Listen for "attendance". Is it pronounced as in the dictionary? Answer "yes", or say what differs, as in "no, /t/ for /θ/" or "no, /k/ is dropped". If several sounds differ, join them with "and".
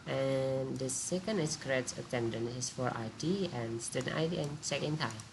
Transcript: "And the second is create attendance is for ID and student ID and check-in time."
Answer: no, /s/ is dropped